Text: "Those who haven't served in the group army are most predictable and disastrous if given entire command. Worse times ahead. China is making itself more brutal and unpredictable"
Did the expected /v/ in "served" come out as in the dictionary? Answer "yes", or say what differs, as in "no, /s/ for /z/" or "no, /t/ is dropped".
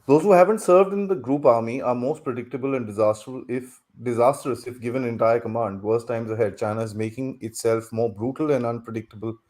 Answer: yes